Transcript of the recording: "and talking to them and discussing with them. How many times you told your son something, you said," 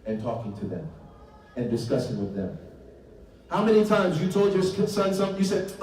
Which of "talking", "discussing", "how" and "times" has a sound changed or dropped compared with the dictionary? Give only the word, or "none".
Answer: none